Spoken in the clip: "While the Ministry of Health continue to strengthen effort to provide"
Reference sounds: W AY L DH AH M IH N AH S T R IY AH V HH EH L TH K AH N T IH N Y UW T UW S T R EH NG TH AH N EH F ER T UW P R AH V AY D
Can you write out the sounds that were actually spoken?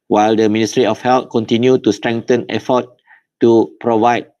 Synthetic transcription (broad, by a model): W AY L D AH M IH N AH S T R IY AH F HH EH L T K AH N T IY N Y UW T UW S T R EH NG T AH N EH F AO T UW P R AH V AY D